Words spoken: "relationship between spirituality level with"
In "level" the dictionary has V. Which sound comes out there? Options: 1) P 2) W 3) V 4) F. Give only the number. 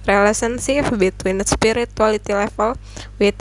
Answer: 4